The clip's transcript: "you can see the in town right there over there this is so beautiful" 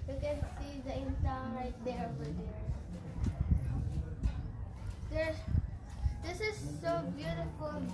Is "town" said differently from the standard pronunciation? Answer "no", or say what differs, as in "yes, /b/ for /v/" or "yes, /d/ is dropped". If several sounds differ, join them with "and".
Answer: yes, /s/ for /t/